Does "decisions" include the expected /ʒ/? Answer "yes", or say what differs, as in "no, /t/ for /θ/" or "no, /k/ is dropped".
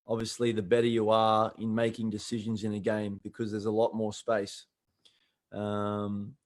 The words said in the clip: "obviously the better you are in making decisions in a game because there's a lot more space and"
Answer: yes